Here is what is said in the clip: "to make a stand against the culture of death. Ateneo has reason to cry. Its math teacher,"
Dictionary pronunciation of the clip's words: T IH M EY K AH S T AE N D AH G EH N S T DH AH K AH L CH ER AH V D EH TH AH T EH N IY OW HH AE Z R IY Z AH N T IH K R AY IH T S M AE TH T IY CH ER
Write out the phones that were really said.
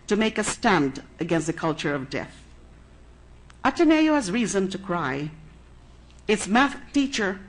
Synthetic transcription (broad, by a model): T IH M EY K AH S T AE N D AH G EH N S T DH AH K AH L CH ER AH V D EH TH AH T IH N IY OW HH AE Z R IY Z AH N T IH K R AY IH T S M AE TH T IY CH ER